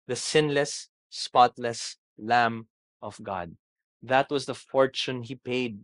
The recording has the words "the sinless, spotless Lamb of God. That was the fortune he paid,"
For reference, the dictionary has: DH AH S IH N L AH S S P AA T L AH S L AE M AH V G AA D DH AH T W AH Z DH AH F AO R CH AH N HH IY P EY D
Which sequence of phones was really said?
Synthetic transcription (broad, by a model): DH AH S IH N L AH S S P AA T L AH S L AE M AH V G AA D DH AH T W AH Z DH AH F AO R CH AH N HH IY P EY D